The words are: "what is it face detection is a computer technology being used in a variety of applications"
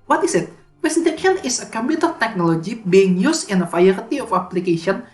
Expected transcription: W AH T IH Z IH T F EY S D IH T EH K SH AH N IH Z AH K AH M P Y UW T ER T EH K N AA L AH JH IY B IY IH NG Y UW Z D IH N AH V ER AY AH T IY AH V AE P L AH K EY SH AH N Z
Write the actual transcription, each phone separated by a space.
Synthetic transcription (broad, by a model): W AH T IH S IH T P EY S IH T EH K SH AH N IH S AH K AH M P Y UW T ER T EH K N AA L AH JH IY B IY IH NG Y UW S IH N AH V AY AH T IY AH F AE P L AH K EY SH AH N